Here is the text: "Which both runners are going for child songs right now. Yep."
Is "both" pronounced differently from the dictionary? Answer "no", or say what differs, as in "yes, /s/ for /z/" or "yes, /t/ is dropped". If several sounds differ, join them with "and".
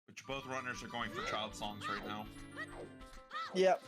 no